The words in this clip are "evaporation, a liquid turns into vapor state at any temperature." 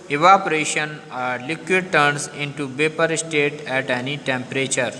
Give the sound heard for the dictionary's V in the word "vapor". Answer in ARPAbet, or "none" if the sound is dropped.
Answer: B